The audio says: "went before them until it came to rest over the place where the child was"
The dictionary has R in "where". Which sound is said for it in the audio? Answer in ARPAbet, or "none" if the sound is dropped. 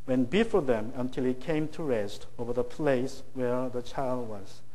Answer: R